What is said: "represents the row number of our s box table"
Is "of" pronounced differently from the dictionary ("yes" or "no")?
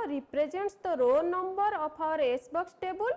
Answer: yes